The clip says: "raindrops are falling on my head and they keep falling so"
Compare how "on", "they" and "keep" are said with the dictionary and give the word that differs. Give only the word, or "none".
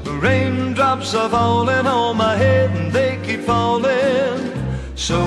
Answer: on